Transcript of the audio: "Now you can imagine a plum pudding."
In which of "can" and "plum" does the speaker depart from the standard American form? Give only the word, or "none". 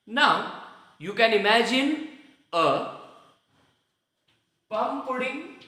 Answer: plum